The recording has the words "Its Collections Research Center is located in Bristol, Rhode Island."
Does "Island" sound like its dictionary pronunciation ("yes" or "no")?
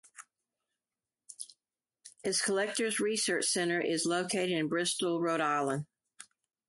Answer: no